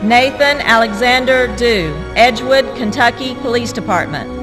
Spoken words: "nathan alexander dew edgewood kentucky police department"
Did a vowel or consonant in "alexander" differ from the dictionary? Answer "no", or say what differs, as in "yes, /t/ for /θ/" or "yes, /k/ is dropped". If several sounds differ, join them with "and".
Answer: no